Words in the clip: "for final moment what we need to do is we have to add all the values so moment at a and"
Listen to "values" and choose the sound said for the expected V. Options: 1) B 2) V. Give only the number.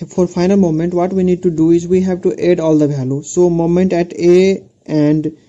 1